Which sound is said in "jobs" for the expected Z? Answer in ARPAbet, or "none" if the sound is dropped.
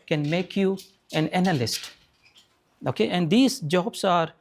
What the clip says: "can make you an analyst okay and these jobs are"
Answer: S